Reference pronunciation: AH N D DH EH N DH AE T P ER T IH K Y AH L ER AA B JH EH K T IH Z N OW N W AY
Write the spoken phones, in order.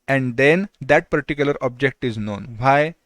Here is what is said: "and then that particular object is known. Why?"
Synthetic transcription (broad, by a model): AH N D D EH N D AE T P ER T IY K Y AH L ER AA B JH EH K T IH Z N OW N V AY